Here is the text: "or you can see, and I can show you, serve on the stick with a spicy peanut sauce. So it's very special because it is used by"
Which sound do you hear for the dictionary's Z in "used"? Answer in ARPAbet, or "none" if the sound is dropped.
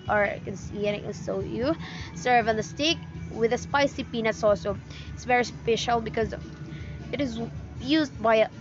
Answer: Z